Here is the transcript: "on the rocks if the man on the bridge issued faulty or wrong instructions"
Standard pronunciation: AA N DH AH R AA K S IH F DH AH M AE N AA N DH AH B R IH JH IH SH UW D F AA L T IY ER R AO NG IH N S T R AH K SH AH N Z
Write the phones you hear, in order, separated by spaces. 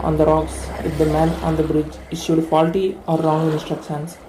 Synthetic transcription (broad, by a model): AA N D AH R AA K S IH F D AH M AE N AA N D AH B R IH JH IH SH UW D F AA L T IY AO R AO NG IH N S T R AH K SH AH N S